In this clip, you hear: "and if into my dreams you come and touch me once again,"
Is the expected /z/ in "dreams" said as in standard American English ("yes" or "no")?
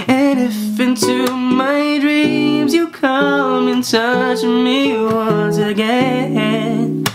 yes